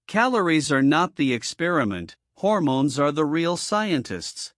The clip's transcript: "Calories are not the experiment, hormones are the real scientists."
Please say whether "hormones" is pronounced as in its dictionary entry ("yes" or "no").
yes